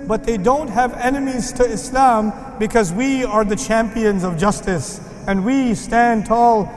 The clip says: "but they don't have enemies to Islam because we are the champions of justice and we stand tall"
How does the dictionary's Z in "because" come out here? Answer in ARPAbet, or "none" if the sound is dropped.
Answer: Z